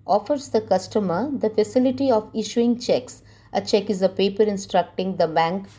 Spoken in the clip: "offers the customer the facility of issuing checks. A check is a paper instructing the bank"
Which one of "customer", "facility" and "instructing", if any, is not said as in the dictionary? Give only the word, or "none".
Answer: none